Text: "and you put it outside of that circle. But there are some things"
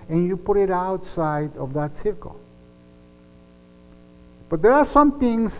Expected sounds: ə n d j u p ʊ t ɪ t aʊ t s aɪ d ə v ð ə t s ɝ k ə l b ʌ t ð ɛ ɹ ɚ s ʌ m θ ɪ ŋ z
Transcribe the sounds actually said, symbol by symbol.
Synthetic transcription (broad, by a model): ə n j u p ʊ t ɪ t aʊ t s aɪ d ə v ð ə t s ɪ k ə l b ʌ t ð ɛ ɹ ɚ s ʌ m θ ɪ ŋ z